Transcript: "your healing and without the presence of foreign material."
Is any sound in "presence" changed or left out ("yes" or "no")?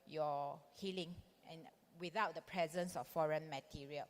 no